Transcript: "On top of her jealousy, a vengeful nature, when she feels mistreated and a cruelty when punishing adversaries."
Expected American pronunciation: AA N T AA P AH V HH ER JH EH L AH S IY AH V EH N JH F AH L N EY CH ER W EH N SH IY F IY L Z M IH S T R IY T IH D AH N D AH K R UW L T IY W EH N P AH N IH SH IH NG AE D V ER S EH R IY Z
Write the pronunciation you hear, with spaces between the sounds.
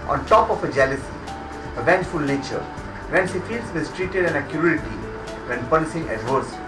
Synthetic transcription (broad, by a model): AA N T AA P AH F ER JH EH L AH S IY AH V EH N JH F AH L N EY CH ER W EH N S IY F IY L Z M IH S T R IY T IH D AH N AH K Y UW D T IY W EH N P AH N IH S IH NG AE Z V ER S